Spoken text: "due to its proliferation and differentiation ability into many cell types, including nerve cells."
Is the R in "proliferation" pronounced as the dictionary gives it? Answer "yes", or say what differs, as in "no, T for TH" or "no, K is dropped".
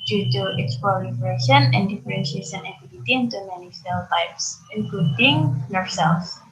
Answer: no, L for R